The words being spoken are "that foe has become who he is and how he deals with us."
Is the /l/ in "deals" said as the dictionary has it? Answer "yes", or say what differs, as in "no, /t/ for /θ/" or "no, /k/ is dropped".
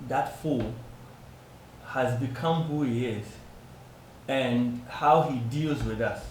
yes